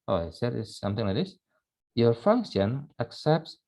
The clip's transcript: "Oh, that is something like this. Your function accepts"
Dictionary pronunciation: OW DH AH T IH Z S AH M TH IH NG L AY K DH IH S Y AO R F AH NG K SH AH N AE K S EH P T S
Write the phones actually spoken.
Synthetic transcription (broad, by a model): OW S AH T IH S AH M TH IH NG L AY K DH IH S Y AO R F AH NG K SH AH N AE K S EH P T S